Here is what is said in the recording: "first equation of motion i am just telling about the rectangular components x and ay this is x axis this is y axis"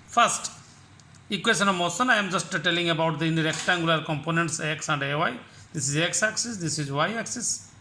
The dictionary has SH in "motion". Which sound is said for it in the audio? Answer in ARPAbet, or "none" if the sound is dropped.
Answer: S